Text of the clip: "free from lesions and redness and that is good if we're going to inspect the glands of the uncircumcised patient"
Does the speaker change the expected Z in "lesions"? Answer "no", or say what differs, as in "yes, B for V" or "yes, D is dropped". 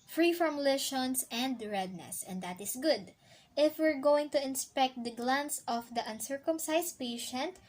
yes, S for Z